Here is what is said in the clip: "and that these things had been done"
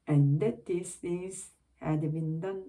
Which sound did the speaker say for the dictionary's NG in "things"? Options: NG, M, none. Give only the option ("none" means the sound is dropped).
none